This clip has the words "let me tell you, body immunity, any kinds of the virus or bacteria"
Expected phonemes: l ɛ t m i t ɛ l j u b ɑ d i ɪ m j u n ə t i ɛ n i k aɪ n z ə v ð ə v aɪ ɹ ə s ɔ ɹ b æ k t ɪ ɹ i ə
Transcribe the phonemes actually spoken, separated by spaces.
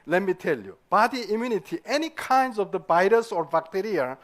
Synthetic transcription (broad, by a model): l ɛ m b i t ɛ l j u b ɑ d i ɪ m j u n ə t i ɛ n i k aɪ n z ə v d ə b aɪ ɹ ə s ɔ ɹ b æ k t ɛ ɹ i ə